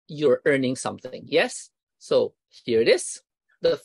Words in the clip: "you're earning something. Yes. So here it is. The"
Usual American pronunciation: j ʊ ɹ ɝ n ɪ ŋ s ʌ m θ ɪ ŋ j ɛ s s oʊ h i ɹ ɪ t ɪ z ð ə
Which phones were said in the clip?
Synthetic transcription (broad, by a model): j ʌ ɹ ɝ n ɪ ŋ s ʌ m θ ɪ ŋ j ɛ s s oʊ h i ɹ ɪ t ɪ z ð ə